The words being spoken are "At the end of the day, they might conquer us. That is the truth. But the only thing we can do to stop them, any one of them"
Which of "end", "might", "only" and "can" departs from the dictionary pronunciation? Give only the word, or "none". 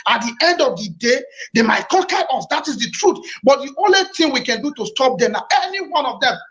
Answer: none